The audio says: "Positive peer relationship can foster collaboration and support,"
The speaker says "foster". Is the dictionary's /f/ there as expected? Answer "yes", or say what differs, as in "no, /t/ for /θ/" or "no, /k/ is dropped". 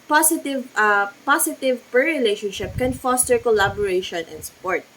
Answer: yes